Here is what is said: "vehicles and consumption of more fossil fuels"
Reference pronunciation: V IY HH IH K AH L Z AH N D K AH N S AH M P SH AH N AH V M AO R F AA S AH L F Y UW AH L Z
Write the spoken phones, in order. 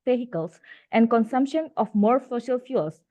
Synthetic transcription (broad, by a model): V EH HH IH K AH L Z AH N D K AH N S AH M P SH AH N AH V M AO R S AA SH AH L F Y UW L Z